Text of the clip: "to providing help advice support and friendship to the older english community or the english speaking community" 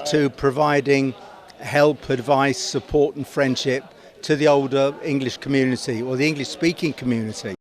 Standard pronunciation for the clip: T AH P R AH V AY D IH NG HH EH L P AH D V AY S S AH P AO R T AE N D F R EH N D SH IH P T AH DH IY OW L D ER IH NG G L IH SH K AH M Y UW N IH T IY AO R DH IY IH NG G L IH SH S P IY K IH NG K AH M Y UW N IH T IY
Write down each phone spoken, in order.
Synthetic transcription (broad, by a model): T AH P R AH V AY D IH NG HH EH L P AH D V AY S S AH P AO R T N F R EH N D SH IH P T AH DH IY OW L D ER IH NG G L IH SH K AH M Y UW N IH T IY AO L DH IY IH NG G L IH SH S P IY K IH NG K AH M Y UW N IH T IY